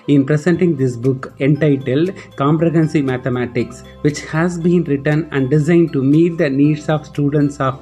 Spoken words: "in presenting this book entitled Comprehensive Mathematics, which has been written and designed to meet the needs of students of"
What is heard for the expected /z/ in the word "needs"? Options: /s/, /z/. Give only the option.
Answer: /s/